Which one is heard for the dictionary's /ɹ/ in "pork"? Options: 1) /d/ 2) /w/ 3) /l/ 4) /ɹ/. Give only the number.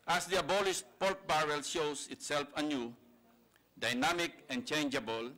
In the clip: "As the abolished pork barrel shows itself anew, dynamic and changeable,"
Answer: 3